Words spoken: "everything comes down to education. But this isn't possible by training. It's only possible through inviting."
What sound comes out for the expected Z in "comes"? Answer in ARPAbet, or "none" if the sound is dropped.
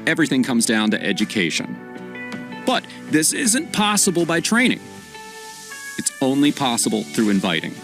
Z